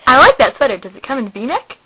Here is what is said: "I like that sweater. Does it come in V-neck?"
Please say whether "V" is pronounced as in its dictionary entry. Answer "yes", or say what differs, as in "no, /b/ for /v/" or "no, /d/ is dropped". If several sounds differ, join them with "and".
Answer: no, /b/ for /v/